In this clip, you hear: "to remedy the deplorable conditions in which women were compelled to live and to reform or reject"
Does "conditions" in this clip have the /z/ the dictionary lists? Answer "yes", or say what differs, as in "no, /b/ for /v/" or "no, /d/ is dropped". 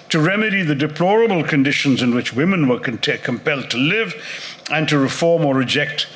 yes